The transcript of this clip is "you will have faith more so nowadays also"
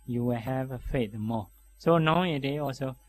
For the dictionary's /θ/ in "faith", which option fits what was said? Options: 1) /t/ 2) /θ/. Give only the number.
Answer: 1